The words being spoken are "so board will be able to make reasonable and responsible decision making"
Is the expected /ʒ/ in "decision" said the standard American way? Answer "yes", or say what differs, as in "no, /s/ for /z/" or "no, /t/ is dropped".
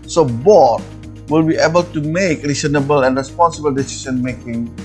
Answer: no, /s/ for /ʒ/